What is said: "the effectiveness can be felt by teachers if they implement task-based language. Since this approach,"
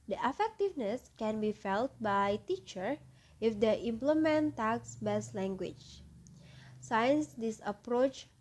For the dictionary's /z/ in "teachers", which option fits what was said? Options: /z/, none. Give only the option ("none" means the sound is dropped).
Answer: none